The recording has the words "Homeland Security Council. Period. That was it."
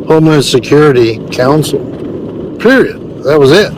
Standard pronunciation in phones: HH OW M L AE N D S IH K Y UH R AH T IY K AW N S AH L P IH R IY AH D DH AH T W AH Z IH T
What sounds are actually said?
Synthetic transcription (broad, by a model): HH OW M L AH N S IH K Y UH R AH T IY K AW N S L P IH R IY AH D DH AH T W AH Z IH T